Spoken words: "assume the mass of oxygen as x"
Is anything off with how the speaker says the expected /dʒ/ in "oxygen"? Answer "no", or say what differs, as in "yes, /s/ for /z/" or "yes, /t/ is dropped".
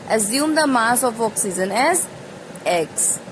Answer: yes, /z/ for /dʒ/